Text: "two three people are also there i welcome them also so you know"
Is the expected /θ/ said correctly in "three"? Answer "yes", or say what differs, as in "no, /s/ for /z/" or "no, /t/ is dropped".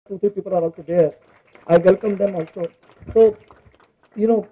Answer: no, /t/ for /θ/